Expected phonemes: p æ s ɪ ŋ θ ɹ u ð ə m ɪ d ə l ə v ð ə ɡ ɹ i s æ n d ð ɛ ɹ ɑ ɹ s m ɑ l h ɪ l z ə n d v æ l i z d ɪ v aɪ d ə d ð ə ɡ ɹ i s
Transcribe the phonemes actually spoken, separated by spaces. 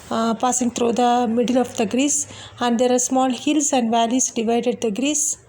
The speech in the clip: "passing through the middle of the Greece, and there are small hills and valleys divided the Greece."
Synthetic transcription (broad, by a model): p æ s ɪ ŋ t ɹ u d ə m ɪ d ə l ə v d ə ɡ ɹ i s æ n d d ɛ ɹ ɑ ɹ s m ɑ l h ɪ l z ə n d v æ l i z d ɪ v aɪ d ə d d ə ɡ ɹ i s